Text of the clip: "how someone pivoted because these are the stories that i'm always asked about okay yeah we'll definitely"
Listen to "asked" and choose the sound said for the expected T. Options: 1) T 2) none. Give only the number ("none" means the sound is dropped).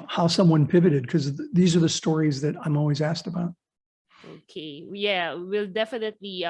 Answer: 1